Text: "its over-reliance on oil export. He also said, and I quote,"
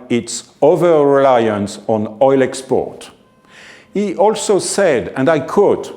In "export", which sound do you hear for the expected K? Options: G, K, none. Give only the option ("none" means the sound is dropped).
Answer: K